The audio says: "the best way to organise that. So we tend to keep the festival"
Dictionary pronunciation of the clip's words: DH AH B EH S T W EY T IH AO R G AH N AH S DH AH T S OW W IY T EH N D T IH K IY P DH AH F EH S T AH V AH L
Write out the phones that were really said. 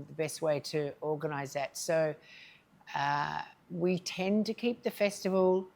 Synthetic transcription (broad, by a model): DH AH B EH S T W EY T IH AO R G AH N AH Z DH AH T S OW W IY T EH N T IH K IY P DH AH F EH S T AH V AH L